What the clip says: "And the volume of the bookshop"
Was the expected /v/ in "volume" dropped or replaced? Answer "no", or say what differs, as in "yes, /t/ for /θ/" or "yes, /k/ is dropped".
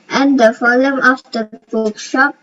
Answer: yes, /f/ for /v/